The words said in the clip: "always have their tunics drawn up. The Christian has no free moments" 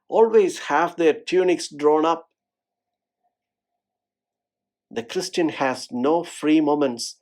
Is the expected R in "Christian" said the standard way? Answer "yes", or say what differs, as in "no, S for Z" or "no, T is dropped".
yes